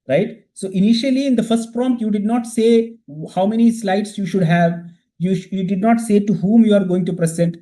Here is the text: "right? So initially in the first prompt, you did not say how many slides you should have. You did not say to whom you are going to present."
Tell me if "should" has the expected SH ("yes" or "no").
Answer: yes